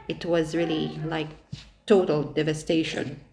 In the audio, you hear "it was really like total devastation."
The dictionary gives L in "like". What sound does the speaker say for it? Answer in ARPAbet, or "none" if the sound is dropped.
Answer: L